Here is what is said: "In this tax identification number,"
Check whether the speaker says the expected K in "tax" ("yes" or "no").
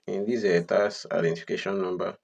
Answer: no